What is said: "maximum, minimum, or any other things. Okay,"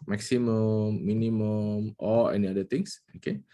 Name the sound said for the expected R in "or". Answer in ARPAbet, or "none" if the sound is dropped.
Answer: L